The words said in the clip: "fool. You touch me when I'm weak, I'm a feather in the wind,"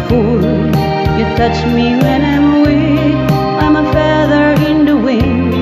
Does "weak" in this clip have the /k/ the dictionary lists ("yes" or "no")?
no